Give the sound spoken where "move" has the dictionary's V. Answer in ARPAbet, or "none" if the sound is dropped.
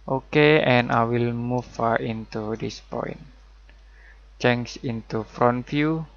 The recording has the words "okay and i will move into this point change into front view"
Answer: F